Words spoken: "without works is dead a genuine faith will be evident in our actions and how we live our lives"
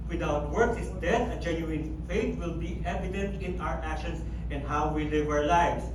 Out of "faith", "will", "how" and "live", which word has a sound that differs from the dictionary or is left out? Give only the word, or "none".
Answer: faith